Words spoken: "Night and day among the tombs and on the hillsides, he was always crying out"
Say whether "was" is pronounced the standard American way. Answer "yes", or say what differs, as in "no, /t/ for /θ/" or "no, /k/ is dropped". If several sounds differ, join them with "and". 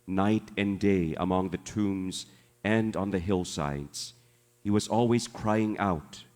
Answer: yes